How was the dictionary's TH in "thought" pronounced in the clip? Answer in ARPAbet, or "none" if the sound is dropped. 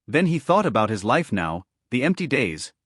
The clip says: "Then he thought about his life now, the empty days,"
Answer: TH